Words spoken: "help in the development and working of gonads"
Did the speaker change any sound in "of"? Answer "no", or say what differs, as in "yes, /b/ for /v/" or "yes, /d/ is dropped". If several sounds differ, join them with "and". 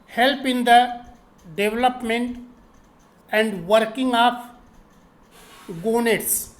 yes, /p/ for /v/